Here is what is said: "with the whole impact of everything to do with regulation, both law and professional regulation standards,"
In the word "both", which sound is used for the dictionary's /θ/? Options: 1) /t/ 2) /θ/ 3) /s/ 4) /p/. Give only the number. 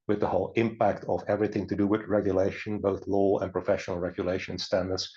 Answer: 2